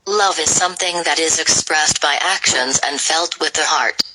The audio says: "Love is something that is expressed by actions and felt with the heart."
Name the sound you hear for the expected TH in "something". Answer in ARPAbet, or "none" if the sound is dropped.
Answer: TH